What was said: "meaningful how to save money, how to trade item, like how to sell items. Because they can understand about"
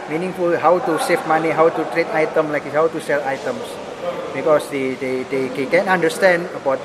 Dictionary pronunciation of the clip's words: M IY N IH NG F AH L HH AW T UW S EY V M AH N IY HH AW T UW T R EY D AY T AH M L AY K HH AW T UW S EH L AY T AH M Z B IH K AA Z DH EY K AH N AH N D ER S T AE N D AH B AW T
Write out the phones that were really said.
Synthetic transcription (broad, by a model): M IY N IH NG F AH L HH AW T UW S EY F M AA N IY HH AW T UW T R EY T AY T AH M L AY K HH AW T UW S EH L AY T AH M S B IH K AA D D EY K AH N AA N D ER S T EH N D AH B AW T